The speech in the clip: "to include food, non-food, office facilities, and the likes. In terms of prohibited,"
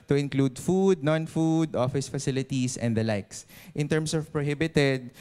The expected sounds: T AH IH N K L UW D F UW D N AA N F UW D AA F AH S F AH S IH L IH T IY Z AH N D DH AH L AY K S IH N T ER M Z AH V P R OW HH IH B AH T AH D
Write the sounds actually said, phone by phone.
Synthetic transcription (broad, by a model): T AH IH N K L UW D F UW D N AA N F UW D AA F AH S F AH S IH L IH T IY S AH N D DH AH L AY K S IH N T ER M S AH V P R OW HH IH B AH T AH D